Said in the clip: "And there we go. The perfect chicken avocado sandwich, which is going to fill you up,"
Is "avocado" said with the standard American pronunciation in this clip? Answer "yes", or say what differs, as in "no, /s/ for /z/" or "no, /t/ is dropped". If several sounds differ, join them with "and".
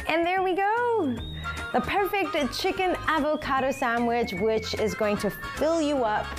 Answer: yes